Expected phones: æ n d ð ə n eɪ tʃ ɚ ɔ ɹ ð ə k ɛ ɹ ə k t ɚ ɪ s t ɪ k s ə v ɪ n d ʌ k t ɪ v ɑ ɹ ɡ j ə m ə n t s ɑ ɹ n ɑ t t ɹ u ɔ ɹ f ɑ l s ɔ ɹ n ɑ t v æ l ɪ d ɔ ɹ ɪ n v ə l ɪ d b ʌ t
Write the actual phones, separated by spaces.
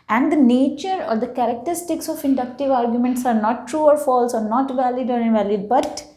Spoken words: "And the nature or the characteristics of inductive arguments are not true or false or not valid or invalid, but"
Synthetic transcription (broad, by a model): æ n d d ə n eɪ tʃ ɚ ɔ ɹ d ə k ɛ ɹ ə k t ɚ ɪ s t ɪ k s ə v ɪ n d ʌ k t ɪ v ɑ ɹ ɡ j ə m ə n t s ɑ ɹ n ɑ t t ɹ u ɔ ɹ f ɑ l s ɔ ɹ n ɑ t v æ l ɪ d ɔ ɹ ɪ n v ə l ɪ d b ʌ t